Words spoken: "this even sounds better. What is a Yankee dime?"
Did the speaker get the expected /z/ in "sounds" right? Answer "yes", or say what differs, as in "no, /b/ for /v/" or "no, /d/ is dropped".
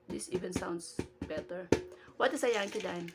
no, /s/ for /z/